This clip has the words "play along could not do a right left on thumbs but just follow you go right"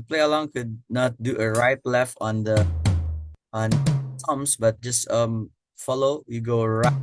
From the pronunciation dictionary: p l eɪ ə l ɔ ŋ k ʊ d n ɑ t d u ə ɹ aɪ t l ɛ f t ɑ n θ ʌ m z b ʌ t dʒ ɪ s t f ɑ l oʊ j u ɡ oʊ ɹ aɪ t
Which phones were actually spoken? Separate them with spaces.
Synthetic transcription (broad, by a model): p l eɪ ə l ɔ ŋ k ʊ d n ɑ t d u ə ɹ aɪ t l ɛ f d ɑ n t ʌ m s b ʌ t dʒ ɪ s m f ɑ l oʊ j u ɡ oʊ ɹ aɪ